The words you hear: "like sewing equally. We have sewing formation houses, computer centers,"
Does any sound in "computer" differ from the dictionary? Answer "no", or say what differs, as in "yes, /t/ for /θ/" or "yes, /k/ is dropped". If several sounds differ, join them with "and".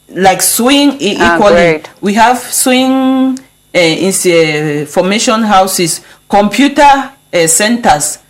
no